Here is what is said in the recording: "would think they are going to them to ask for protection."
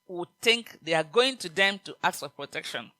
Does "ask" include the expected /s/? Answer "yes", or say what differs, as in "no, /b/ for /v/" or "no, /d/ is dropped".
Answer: no, /s/ is dropped